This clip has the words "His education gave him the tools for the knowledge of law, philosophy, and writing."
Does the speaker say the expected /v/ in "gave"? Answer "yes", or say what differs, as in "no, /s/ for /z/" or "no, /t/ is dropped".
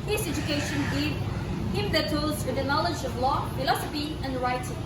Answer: no, /v/ is dropped